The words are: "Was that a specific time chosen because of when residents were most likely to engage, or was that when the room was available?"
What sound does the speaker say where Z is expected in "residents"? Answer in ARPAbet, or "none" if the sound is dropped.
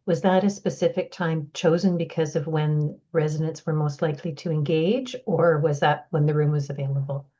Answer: Z